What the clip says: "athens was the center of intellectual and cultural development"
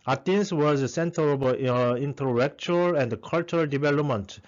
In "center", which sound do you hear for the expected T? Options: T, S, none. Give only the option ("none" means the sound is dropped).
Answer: T